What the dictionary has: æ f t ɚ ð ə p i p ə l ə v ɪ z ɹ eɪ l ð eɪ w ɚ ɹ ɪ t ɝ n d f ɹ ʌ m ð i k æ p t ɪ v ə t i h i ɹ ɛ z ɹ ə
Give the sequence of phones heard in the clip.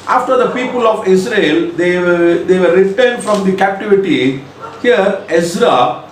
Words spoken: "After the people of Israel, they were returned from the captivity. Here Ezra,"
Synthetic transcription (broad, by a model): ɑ f t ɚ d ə p i p ə l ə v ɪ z ɹ eɪ l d eɪ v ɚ ɹ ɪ t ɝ n d f ɹ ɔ m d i k æ p t ɪ v ə t i h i ɹ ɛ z ɹ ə